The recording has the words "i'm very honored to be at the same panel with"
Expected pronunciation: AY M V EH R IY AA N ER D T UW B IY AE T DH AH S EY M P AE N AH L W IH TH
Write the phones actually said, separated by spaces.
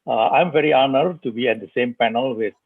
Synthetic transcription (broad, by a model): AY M V EH R IY AA N ER D T UW B IY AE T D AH S EY M P AE N AH L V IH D